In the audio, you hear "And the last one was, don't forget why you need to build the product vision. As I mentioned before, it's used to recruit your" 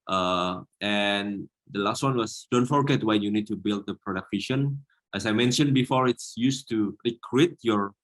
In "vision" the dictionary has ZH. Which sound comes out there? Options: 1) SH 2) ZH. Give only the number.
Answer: 1